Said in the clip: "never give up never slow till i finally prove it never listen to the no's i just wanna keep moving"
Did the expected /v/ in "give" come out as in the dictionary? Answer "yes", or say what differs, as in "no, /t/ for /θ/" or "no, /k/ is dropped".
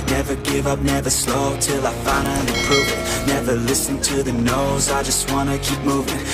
yes